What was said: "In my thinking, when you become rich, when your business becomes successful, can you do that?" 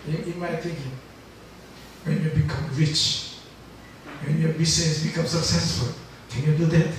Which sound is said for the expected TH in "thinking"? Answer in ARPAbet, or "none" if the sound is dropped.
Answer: T